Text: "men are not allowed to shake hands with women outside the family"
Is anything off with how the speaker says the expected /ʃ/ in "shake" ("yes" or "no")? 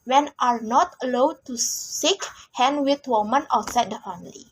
yes